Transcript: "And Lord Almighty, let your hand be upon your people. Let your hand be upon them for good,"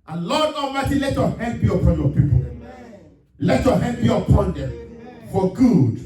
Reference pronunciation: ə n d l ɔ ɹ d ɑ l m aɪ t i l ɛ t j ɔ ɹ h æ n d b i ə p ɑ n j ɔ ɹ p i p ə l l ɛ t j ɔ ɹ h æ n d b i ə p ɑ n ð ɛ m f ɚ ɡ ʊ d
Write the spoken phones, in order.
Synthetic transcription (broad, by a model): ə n l ɔ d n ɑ m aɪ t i l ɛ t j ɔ h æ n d b i ə p ɑ n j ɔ p i p ə l l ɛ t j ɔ h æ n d b i ə p ɑ n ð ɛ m f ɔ ɡ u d